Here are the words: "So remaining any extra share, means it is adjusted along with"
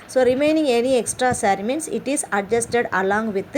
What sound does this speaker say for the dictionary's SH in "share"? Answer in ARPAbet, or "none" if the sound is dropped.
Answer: S